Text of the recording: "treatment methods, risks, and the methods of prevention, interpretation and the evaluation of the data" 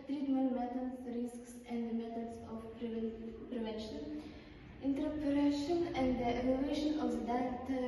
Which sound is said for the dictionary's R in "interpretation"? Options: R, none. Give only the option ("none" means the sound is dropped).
none